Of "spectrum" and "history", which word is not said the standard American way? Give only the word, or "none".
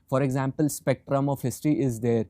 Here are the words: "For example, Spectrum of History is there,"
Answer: history